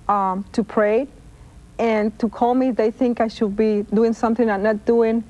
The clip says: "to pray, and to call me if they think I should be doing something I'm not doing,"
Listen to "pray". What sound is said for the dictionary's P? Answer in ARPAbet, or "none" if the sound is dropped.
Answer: P